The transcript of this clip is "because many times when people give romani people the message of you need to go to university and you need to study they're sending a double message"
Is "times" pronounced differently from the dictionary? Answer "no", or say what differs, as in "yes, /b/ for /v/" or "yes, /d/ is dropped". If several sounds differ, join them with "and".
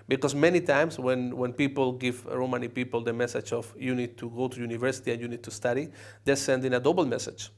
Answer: yes, /s/ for /z/